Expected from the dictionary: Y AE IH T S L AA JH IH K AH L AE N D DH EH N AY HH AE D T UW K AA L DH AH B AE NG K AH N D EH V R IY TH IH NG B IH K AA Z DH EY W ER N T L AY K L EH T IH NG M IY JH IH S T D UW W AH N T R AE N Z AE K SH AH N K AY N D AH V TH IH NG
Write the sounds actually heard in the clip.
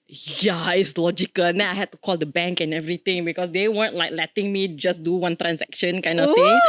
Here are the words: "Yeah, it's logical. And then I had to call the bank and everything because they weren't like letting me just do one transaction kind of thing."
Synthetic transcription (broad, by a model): Y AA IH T S L AA JH IH K AH L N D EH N AY HH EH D T UW K AA L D AH B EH NG K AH N EH V R IY T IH NG B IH K AA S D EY W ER N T L AY K L EH T IH NG M IY JH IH S D UW W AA N T R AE N S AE K SH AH N K AY N D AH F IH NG